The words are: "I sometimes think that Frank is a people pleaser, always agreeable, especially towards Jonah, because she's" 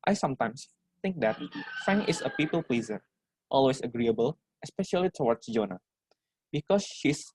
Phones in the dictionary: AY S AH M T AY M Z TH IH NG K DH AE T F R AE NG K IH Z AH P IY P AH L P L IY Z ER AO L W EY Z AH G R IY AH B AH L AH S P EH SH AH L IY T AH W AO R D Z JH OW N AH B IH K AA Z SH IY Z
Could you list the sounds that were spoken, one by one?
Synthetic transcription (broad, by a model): AY S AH M T AY M S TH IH NG K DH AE T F AE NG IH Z AH P IY P AH L P L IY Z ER AO L W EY S AH G R IY AH B AH L AH S P EH SH AH L IY T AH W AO R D S JH OW N AH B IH K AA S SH IY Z